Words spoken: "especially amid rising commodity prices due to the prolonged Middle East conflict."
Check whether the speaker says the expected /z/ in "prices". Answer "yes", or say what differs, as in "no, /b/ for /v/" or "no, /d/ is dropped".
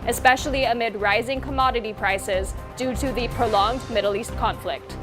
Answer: yes